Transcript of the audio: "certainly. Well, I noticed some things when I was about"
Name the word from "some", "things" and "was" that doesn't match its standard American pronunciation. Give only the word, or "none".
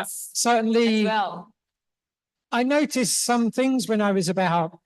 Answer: none